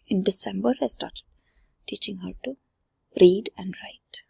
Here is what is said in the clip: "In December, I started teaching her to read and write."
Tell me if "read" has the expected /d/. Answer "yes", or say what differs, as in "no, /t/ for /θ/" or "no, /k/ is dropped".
yes